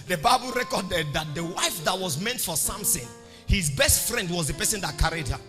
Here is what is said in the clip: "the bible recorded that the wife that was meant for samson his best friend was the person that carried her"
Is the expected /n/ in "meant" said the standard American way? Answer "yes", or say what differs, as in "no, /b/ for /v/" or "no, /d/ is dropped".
yes